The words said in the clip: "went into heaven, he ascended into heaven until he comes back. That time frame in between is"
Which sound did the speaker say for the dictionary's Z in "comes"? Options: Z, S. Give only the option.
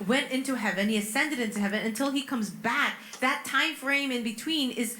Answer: Z